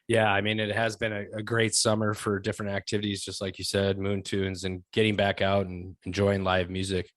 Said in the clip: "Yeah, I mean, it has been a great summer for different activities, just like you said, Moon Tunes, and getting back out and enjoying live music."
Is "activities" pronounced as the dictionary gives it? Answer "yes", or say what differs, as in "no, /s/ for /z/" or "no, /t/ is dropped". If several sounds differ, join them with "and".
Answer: yes